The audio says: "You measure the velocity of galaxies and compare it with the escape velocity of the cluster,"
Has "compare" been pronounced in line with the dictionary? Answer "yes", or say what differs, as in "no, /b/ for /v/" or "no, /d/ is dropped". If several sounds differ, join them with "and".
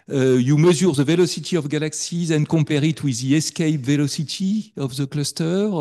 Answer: no, /m/ is dropped